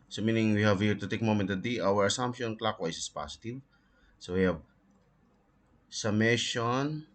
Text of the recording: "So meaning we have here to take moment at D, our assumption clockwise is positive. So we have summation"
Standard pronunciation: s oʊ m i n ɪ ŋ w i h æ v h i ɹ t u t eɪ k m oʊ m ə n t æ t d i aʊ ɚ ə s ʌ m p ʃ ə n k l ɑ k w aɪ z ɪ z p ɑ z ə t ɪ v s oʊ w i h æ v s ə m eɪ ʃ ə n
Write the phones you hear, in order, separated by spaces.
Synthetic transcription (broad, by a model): s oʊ m i n ɪ ŋ w i h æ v h i ɹ t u t eɪ k m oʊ m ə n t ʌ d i aʊ ɚ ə s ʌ m p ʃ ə n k l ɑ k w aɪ s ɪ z p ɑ s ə t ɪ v s oʊ w i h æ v s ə m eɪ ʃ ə n